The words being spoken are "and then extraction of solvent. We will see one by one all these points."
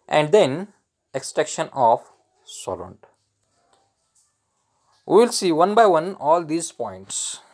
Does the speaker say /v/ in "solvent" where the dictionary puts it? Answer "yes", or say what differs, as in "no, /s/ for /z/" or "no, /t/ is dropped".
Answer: no, /v/ is dropped